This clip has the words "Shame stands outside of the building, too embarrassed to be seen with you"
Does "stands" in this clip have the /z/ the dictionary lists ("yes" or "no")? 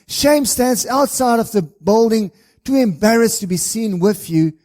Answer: yes